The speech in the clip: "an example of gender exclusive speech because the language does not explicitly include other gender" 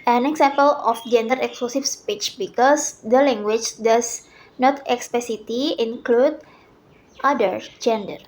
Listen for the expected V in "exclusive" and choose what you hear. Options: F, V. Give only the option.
F